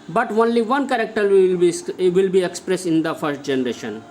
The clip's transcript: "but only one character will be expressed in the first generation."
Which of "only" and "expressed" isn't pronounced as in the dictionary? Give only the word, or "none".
expressed